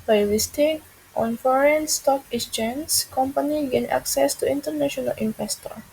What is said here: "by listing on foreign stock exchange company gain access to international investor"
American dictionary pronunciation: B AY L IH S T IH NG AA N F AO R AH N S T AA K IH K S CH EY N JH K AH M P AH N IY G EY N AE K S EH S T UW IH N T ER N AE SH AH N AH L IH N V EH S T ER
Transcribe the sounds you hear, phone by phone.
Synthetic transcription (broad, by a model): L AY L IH S T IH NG AA N F AO R AH N S T AA K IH S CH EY N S K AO M P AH N IY G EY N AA K S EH S T UW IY N T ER N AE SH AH N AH L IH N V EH S T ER